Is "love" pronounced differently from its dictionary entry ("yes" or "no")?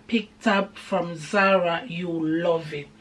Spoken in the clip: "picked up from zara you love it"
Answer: no